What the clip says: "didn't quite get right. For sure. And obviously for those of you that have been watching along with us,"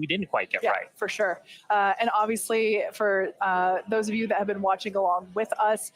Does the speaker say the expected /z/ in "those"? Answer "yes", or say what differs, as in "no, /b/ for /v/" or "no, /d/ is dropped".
yes